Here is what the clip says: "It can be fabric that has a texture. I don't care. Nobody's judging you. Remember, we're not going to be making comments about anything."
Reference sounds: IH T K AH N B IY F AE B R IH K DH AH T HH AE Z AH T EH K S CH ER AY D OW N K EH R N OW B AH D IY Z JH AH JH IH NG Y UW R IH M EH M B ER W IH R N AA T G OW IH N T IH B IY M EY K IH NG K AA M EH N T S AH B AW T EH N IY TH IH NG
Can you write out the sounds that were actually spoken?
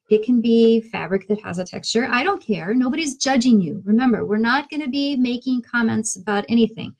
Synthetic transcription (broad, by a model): IH T K AH N B IY F AE B R IH K DH AH T HH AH Z AH T EH K S CH ER AY D OW N K EH R N OW B AH D IY Z JH AH JH IH NG Y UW R IH M EH M B ER W IH R N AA T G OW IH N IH B IY M EY K IH NG K AA M EH N T S AH B AW T EH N IY TH IH NG